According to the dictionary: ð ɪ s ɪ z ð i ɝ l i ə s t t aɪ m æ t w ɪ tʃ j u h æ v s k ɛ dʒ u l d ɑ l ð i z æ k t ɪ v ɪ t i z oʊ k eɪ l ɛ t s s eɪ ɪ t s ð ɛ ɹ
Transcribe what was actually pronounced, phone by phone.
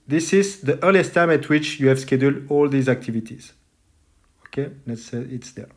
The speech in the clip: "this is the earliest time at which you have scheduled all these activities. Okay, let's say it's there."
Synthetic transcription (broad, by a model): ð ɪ s ɪ z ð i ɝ l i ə s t t aɪ m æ t w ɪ tʃ j u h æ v s k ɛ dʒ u l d ɑ l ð i z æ k t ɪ v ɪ t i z oʊ k eɪ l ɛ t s s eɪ ɪ t s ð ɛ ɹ